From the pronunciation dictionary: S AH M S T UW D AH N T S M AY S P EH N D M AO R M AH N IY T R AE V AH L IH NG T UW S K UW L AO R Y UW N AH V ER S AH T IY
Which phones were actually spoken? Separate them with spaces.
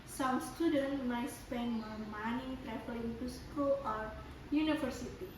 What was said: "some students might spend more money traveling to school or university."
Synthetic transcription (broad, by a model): S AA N S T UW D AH N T M AY S P EH N D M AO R M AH N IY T R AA F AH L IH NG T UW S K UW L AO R Y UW N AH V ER S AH T IY